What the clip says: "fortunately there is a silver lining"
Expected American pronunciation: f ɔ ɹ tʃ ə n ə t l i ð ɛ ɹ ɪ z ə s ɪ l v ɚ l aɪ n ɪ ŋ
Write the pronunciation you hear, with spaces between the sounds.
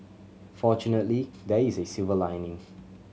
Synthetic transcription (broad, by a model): f ɔ tʃ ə n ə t l i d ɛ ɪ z ə s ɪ v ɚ l aɪ n ɪ ŋ